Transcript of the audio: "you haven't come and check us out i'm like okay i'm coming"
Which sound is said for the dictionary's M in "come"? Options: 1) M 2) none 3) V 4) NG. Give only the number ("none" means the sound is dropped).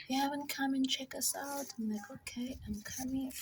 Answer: 1